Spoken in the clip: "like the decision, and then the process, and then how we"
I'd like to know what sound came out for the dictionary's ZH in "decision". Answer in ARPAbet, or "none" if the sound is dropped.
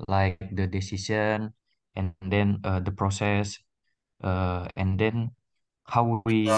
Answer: S